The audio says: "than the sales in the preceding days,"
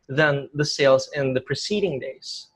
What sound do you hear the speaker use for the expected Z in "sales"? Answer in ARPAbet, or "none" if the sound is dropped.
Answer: Z